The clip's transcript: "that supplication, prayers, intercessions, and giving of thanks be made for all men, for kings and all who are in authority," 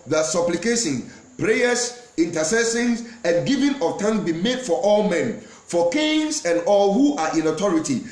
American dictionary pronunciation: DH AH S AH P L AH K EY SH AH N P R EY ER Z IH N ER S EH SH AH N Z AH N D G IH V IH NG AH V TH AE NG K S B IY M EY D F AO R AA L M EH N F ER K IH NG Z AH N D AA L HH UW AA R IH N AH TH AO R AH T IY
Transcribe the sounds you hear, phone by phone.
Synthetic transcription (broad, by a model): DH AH S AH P L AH K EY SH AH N P R EY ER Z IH N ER S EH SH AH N S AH N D G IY V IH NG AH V T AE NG S B IY M EY D F AO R AA L M EH N F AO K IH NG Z AH N D AA L HH UW AA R IH N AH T AO R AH T IY